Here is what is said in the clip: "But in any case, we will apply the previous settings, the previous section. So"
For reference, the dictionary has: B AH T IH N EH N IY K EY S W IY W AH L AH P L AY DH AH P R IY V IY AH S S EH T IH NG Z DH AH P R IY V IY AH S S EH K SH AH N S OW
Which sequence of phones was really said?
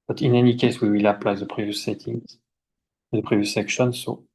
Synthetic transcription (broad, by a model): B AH T IH N EH N IY K EY S W IY W AH L AH P L AY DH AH P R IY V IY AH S S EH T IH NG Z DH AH P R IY V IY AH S S EH K SH AH N S OW